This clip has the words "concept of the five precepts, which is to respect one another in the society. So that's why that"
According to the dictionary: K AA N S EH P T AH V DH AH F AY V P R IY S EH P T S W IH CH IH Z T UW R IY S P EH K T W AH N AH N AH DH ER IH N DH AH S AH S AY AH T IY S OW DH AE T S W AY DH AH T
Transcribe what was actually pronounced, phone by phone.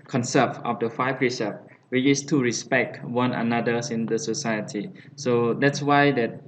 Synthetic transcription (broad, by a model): K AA N S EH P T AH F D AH F AY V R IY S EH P W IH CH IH S T UW R IY S P EH K T W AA N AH N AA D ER IH N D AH S AH S AY AH T IY S OW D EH T S W AY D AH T